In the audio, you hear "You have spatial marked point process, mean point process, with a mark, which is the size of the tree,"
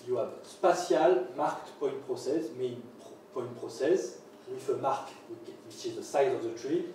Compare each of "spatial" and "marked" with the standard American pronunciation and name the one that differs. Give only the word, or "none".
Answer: spatial